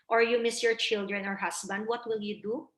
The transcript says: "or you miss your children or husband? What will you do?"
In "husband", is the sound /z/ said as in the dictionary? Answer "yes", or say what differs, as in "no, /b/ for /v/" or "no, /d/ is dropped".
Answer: no, /s/ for /z/